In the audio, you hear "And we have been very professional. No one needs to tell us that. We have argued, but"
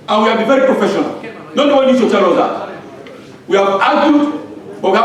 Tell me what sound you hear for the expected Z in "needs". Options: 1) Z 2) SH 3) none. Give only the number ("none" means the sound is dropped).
3